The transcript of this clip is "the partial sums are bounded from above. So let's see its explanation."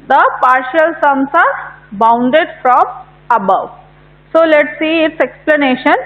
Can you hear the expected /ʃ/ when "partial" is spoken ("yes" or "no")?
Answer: yes